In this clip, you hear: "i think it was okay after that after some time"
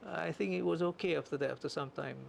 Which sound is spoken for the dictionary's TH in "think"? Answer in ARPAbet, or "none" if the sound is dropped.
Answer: TH